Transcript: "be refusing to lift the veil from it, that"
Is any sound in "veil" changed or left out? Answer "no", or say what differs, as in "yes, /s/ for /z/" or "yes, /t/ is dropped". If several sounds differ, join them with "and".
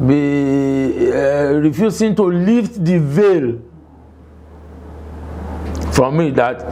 no